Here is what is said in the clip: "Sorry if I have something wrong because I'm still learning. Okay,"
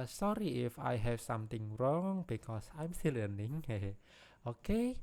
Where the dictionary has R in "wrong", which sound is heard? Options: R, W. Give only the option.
R